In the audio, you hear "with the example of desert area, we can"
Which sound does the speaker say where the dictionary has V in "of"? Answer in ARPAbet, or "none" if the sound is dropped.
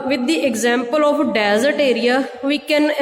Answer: P